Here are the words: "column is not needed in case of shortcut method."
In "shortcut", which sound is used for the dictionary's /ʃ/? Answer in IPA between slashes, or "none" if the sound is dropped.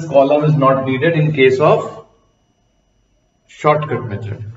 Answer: /ʃ/